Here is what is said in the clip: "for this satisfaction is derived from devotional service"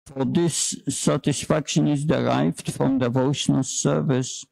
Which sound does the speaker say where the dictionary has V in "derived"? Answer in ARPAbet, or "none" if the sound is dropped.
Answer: V